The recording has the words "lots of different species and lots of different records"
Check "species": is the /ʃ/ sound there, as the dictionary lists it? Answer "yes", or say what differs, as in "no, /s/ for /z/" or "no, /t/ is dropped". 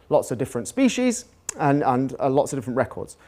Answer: yes